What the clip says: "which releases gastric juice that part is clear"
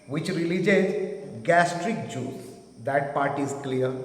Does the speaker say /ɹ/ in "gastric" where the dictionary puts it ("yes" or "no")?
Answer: yes